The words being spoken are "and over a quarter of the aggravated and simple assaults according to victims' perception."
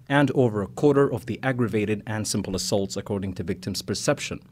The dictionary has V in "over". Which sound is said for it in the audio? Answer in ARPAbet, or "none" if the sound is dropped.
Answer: V